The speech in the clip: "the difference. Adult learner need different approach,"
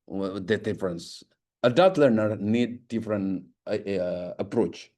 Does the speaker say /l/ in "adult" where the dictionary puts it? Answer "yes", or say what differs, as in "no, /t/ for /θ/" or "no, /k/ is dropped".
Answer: no, /l/ is dropped